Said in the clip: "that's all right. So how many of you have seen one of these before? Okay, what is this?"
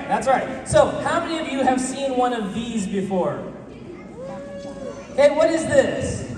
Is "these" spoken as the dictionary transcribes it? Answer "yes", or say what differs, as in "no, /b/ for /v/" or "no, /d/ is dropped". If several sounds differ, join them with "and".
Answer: yes